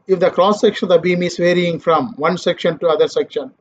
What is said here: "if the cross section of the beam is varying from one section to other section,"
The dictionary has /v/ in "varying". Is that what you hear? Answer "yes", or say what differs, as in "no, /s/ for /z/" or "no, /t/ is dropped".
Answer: yes